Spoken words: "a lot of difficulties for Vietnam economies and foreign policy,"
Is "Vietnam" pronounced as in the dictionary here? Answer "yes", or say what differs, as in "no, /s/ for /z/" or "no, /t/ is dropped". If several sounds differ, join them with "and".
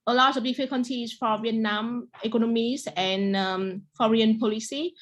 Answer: yes